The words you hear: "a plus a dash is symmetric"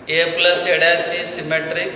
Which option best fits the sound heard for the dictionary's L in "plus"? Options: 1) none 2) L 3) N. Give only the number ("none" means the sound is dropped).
2